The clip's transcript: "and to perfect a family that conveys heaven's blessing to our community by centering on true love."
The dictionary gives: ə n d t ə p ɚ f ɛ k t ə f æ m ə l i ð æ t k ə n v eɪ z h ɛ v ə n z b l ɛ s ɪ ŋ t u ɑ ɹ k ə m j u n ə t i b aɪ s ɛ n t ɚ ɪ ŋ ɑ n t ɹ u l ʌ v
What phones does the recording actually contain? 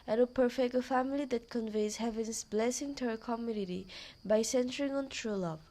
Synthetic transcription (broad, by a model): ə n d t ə p ɚ f ɛ k t ə f æ m ə l i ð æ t k ə n v eɪ z h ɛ v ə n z b l ɛ s ɪ ŋ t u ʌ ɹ k ə m j u n ə t i b aɪ s ɛ n t ɚ ɪ ŋ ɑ n t ɹ u l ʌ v